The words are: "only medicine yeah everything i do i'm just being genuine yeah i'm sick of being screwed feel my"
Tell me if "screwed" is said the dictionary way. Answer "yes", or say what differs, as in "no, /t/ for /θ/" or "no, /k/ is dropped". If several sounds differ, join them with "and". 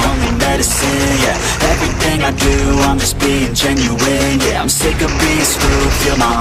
no, /ɹ/ is dropped